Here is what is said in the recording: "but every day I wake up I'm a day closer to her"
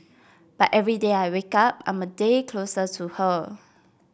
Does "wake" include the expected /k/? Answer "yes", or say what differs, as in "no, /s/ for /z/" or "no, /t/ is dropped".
yes